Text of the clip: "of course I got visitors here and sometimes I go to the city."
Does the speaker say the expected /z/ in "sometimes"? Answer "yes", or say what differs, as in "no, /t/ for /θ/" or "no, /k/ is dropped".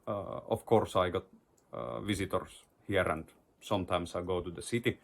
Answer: no, /s/ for /z/